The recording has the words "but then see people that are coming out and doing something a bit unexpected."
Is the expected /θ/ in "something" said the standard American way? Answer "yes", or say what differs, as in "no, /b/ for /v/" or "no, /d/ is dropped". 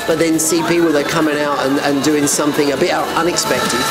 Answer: yes